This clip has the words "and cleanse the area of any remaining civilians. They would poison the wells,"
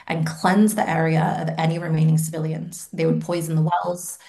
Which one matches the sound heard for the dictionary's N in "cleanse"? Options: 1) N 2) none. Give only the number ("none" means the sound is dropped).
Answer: 1